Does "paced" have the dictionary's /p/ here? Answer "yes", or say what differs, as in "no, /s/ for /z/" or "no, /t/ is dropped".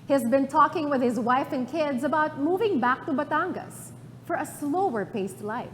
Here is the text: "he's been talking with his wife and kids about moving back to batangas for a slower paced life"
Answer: yes